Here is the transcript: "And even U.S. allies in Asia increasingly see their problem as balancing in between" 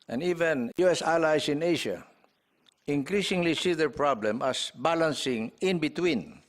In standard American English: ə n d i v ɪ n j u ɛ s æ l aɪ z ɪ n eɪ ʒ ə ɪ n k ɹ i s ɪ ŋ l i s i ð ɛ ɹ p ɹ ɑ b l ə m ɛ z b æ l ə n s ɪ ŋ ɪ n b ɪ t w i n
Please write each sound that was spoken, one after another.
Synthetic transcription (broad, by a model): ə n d i v ɪ n j u ɛ s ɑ l aɪ s ɪ n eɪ ʃ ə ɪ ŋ k ɹ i s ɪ ŋ l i s i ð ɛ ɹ p ɹ ɑ b l ə m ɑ s b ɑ l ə n s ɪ ŋ ɪ n b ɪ t w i n